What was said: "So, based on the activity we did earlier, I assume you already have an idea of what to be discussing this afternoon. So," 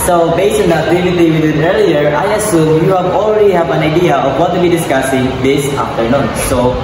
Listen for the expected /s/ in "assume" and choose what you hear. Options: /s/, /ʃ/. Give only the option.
/s/